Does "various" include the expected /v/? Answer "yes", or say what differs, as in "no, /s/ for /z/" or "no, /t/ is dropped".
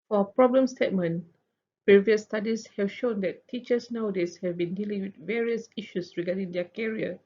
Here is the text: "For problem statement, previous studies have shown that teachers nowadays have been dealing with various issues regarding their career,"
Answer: yes